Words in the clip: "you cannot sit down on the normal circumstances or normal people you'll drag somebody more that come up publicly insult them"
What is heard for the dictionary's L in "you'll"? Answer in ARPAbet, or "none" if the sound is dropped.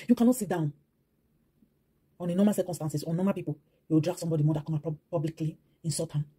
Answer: W